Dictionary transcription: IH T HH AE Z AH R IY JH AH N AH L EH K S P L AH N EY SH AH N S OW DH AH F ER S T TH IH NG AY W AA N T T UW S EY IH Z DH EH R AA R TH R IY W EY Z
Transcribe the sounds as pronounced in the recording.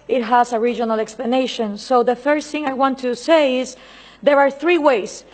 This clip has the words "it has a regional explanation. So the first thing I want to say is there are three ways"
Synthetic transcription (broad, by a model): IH T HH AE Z AH R IY JH AH N AH L EH K S P L AH N EY SH AH N S OW DH AH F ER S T TH IH NG AY W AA N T T UW S EY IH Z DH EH R AA R TH R IY W EY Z